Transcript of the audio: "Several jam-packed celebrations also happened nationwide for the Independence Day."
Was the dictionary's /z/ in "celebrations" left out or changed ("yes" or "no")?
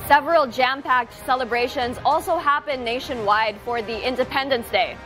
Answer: no